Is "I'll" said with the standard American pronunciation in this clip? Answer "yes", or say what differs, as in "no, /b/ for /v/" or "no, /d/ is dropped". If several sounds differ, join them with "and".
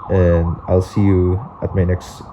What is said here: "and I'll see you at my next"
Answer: yes